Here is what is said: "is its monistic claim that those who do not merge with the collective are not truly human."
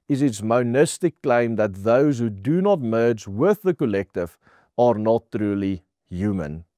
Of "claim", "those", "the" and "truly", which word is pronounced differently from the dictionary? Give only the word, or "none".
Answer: none